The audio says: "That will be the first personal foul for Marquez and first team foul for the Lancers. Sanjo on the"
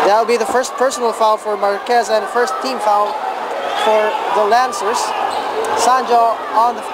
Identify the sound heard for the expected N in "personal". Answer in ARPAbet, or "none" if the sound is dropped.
N